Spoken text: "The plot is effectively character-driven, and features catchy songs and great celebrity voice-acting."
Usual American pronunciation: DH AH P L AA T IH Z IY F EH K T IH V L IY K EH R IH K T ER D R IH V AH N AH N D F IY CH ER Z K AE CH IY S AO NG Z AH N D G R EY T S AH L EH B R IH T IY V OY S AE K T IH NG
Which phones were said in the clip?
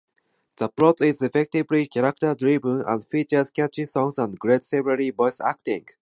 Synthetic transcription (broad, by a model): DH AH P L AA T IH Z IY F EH K T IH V L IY K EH R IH K T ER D R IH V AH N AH N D F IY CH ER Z K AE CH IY S AO NG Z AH N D G R EY T S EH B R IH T IY B OY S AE K T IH NG